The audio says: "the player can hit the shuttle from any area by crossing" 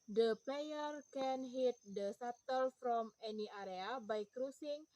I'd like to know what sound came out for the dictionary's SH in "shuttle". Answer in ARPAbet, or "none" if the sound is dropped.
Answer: S